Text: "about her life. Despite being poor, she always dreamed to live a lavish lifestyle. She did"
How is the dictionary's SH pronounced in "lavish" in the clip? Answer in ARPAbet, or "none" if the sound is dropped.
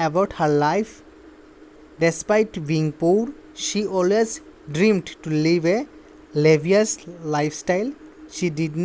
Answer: S